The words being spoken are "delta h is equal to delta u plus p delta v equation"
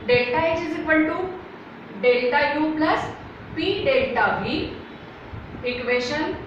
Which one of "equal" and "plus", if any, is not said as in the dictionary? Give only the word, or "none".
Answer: equal